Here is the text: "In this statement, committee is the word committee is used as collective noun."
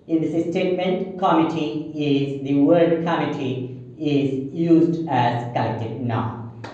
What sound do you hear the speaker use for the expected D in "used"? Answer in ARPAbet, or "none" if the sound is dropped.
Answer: D